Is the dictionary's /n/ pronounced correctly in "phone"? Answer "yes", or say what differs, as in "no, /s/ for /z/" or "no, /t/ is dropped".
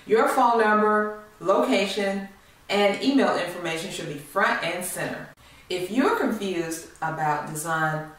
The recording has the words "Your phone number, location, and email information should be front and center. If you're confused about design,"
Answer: no, /l/ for /n/